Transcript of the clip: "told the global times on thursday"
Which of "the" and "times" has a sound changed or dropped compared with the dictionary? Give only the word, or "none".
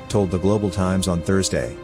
none